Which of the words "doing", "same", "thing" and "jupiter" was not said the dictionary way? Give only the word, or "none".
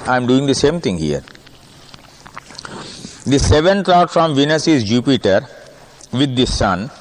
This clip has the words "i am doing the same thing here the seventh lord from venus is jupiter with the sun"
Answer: thing